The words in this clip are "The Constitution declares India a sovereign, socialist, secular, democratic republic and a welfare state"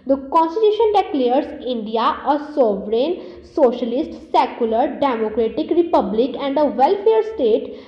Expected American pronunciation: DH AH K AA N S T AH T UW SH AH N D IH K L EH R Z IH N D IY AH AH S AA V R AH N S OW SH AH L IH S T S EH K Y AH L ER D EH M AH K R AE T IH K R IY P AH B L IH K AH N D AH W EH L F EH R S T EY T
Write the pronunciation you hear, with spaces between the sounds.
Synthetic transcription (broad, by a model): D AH K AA N S T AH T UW SH AH N D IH K L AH R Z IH N D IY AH AH S AA V R AH N S OW SH AH L IH S T S EH K Y AH L ER D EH M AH K R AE T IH K R IY P AH B L IH K AH N D AH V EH L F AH R S T EY T